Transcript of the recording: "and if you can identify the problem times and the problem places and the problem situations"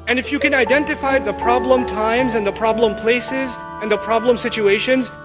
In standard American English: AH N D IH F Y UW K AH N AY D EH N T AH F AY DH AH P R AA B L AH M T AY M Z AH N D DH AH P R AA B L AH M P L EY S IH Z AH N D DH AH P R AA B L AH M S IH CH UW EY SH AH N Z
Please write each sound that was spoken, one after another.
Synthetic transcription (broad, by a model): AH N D IH F Y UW K AH N AY D EH N T AH F AY DH AH P R AA B L AH M T AY M Z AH N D DH AH P R AA B L AH M P L EY S IH Z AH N DH AH P R AA B L AH M S IH CH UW EY SH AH N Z